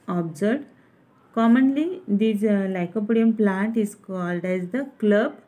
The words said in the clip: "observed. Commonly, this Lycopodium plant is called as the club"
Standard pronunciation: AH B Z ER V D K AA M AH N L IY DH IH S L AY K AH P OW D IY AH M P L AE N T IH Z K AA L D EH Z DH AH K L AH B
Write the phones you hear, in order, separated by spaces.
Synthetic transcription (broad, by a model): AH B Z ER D K AA M AH N L IY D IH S L AY K AH P OW D IY AH M P L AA N T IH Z K AA L D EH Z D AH K L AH B